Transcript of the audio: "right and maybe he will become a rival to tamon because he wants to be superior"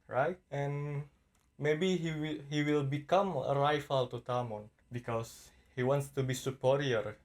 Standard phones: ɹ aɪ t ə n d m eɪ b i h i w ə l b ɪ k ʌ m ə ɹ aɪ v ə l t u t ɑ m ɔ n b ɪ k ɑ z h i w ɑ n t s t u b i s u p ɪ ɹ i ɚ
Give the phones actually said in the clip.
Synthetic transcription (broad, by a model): ɹ aɪ t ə n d m eɪ b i h i w ə l b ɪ k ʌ m ə ɹ aɪ f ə l t u t ɑ m ɔ n b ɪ k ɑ s h i w ɑ n t s t u b i s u p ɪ ɹ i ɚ